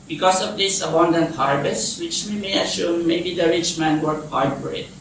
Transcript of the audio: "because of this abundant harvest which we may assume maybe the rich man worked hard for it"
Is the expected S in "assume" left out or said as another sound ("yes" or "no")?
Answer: yes